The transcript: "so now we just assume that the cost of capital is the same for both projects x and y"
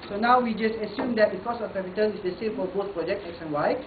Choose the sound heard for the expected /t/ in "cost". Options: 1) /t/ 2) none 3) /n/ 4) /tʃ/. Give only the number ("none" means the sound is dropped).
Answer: 2